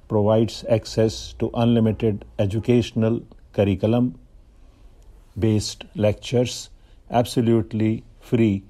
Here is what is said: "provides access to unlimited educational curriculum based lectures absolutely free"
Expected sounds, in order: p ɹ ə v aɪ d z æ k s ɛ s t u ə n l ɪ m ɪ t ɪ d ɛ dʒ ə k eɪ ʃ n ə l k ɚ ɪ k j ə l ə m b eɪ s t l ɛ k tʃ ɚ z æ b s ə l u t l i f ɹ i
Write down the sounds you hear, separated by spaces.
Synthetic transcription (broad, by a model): p ɹ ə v aɪ d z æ k s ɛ s t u ə n l ɪ m ɪ t ɪ d ɛ dʒ ə k eɪ ʃ n ə l k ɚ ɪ k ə l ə m b eɪ s t l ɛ k tʃ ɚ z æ b s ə l u t l i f ɹ i